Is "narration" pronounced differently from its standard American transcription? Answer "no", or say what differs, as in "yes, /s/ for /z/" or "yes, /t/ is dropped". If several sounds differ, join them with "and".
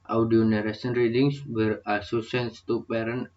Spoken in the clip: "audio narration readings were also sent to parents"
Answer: yes, /s/ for /ʃ/